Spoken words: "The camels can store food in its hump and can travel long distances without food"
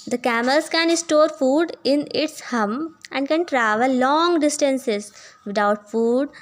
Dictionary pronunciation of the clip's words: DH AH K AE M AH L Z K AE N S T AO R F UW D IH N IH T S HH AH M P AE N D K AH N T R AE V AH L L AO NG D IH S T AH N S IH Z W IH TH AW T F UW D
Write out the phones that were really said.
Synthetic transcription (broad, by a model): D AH K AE M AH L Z K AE N S T AO R F UW D IH N IH T S HH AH M AE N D K AH N T R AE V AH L L AO NG D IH S T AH N S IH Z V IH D AW T F UW D